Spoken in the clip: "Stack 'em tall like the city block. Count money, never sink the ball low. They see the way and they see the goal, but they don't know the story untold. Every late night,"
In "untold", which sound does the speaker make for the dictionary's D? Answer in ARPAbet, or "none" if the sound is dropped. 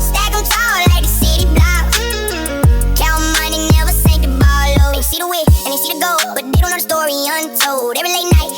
D